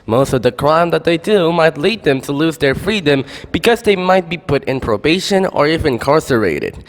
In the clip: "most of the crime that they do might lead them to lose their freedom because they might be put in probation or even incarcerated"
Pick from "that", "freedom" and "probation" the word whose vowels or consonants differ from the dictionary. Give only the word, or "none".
none